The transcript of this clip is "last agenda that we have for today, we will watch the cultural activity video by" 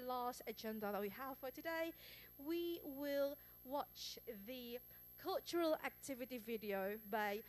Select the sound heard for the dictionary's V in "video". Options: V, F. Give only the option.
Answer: V